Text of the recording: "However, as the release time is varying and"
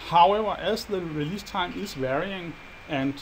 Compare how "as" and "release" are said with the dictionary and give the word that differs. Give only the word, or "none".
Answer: as